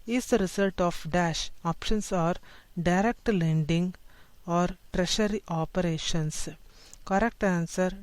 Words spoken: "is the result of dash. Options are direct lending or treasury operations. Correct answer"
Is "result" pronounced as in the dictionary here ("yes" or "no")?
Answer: no